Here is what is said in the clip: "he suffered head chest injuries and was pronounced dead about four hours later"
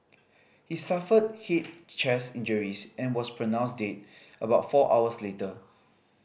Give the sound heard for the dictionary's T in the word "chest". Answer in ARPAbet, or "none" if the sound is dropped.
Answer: none